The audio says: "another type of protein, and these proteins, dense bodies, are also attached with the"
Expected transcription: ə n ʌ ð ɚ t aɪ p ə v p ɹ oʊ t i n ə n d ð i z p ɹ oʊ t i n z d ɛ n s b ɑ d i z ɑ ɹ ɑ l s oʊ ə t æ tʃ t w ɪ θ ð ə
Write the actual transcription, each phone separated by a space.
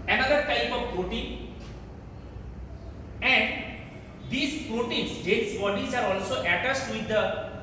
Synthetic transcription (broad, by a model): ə n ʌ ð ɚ t aɪ p ə v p ɹ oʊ t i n ə n d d i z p ɹ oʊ t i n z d ɛ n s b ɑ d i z ɑ ɹ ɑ l s oʊ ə t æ s t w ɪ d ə